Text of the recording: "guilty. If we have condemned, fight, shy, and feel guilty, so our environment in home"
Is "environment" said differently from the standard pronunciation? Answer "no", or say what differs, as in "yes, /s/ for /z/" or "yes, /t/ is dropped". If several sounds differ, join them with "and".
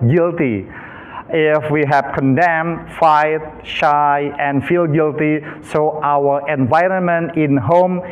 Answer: no